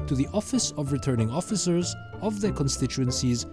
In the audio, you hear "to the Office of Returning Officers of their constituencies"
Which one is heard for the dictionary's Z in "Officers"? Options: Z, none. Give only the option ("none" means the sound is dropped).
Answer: Z